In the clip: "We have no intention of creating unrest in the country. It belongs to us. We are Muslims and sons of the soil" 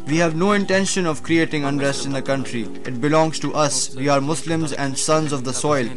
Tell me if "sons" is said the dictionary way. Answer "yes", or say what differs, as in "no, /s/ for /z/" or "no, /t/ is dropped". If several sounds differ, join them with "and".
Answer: yes